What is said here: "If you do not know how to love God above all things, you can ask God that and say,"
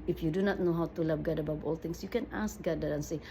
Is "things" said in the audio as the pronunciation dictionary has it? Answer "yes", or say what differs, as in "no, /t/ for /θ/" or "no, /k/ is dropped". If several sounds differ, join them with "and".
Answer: no, /t/ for /θ/ and /s/ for /z/